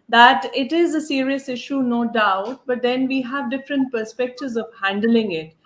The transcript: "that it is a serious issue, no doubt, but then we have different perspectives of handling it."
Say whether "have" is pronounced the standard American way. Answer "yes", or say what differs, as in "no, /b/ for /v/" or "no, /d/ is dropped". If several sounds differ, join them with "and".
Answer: yes